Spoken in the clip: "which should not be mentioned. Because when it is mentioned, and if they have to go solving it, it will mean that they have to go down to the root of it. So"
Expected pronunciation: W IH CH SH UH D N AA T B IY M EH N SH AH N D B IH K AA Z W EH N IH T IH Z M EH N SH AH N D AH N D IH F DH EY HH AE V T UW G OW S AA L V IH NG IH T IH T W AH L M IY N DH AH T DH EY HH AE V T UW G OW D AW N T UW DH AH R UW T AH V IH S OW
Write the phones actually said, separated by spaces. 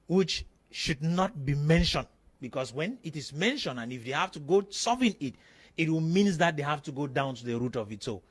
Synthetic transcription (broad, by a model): W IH CH SH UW D N AA T B IY M EH N SH AH N D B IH K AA S W EH N IH T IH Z M EH N SH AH N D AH N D IH F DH EY HH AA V T UW G OW S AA V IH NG IH T IH T W AH L M IY N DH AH T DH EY HH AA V T UW G OW D AW N T UW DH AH R UW T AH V IH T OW